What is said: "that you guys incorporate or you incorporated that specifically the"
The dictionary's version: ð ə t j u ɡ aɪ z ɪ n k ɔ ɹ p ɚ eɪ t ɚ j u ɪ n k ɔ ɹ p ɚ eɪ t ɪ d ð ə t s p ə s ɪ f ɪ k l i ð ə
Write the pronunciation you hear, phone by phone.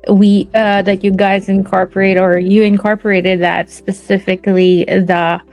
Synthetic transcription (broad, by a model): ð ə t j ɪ ɡ aɪ z ɪ n k ɔ ɹ p ɚ eɪ t ɚ j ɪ ɪ n k ɔ ɹ p ɚ eɪ t ɪ d ð ə t s p ə s ɪ f ɪ k l i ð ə